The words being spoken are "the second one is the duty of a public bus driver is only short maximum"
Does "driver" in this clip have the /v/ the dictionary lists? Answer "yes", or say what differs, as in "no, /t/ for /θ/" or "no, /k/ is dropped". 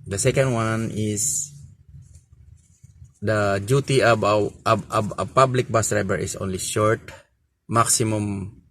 no, /b/ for /v/